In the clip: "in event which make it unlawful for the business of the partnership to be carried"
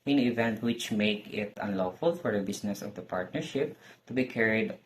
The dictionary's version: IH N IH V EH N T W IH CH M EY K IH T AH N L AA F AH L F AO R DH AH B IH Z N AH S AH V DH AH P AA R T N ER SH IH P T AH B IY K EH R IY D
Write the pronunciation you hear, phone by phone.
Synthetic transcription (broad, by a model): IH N IH V EH N T W IH CH M EY K IH T AH N L AA F AH L F AO R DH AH B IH S N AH S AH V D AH P AA R T N ER SH IH P T AH B IY K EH R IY D